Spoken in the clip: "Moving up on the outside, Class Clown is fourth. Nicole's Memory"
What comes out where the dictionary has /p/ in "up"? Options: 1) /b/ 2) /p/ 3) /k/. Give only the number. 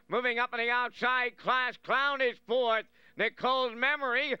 2